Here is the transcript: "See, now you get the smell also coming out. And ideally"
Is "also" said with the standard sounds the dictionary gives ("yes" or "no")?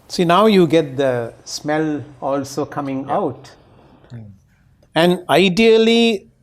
yes